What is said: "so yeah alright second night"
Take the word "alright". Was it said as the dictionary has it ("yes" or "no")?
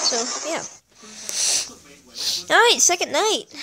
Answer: no